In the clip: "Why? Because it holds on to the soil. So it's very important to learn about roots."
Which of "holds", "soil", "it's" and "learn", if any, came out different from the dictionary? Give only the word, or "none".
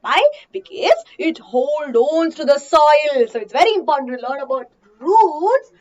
holds